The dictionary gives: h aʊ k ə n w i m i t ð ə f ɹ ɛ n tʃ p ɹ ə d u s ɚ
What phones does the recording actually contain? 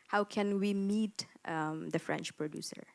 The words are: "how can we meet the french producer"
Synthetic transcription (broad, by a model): h aʊ k ə n w i m i t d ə f ɹ ɛ n tʃ p ɹ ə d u s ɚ